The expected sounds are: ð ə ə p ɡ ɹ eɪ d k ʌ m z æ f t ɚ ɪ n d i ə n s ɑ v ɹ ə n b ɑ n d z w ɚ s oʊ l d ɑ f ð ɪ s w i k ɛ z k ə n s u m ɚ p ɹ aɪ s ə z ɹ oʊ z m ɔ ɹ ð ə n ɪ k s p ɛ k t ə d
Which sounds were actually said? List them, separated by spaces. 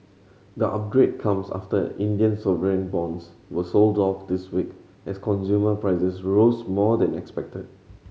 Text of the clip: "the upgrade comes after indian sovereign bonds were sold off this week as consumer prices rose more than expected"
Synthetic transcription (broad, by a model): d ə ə p ɡ ɹ eɪ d k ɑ m s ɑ f t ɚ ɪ n d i ə n s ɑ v ɹ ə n b ɑ n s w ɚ s oʊ l d ɑ f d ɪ s w i k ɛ s k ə n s u m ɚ p ɹ aɪ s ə s ɹ oʊ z m ɔ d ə n ɪ k s p ɛ k t ə d